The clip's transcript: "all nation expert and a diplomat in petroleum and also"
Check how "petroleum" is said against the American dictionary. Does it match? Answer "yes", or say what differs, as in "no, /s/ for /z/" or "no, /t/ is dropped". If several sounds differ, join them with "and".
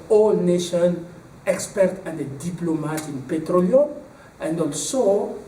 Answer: no, /m/ is dropped